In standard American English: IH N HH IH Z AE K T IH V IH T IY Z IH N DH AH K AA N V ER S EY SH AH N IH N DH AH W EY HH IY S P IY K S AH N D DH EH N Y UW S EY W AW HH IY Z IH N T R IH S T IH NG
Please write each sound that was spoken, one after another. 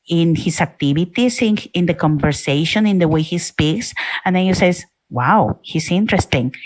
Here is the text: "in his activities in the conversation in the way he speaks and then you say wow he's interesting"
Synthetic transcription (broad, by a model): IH N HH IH S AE K T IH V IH T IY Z IH N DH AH K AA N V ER S EY SH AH N IH N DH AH W EY HH IY S P IY K S AH N D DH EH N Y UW S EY W AW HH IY S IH N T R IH S T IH NG